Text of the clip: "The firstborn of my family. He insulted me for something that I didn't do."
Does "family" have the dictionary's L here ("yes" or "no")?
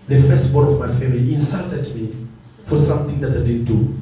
no